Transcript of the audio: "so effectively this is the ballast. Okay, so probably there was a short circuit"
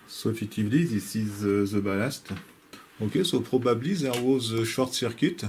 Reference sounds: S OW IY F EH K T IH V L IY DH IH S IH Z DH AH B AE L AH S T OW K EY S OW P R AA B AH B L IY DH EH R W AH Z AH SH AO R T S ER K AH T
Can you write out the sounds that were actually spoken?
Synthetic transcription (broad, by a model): S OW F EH T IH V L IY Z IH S IH Z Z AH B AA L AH S T OW K EY S OW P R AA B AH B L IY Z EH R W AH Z AH SH AO R T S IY K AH T